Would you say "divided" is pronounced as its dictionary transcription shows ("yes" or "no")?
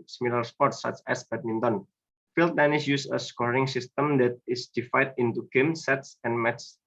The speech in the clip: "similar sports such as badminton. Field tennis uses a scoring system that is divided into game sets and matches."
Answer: no